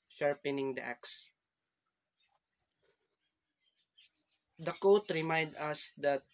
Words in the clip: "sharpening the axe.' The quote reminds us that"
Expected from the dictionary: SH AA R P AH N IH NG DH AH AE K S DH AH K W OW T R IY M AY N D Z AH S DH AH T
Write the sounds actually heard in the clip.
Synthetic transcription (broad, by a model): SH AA R P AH N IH NG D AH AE K S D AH K OW T R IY M AY N D AH S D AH T